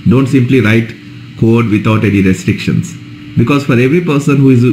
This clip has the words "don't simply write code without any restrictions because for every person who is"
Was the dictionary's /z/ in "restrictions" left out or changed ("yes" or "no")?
yes